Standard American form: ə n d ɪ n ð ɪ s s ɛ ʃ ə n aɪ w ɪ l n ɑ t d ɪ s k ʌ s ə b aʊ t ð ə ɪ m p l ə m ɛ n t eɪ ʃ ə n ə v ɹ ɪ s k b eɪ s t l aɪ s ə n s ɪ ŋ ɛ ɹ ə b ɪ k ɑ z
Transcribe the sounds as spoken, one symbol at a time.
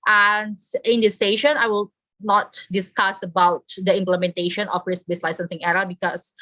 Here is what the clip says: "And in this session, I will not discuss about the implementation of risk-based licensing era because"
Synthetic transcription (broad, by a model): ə n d ɪ n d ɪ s s ɛ ʃ ə n aɪ w ɪ l n ɑ t d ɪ s k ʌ s ə b aʊ t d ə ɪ m p l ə m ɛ n t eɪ ʃ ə n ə f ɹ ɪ s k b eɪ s l aɪ s ə n s ɪ ŋ ɛ ɹ ə b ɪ k ɑ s